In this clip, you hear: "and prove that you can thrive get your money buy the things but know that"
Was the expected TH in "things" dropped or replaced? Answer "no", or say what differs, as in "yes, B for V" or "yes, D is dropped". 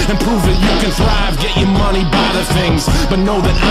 no